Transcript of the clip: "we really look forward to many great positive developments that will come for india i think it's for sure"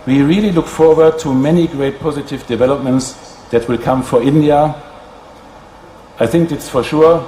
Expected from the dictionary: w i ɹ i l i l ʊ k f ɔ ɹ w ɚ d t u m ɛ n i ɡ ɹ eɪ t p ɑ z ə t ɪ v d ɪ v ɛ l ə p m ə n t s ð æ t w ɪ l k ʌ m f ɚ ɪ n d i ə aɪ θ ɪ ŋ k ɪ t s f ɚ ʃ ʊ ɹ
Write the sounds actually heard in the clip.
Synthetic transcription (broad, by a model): w i ɹ i l i l ʊ k f ɔ ɹ w ɚ d t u m ɛ n i ɡ ɹ eɪ t p ɑ z ə t ɪ v d ɪ v ɛ l ə p m ə n t s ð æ t w ɪ l k ʌ m f ɚ ɪ n d i ə aɪ θ ɪ ŋ k ɪ t s f ɚ ʃ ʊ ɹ